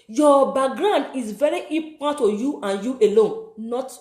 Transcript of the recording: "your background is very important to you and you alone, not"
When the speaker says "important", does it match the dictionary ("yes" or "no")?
no